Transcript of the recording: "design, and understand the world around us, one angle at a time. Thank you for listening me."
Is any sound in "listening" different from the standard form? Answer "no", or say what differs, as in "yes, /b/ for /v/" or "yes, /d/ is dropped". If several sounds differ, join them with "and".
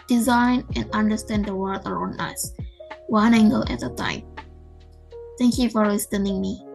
yes, /w/ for /l/